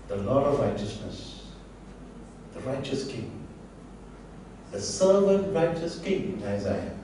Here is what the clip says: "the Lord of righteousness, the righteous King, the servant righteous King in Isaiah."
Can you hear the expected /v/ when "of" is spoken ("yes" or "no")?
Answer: yes